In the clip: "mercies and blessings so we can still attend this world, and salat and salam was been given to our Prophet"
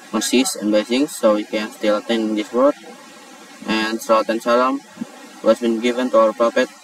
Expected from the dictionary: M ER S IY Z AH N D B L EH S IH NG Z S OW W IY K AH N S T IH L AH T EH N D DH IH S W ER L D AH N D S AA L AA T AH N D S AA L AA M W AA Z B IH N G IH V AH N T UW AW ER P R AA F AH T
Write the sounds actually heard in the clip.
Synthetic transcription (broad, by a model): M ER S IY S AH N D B EH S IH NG S OW W IY K AH N S T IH L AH T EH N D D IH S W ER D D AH N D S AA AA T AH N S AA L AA M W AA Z B IH N G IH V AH N T UW AW ER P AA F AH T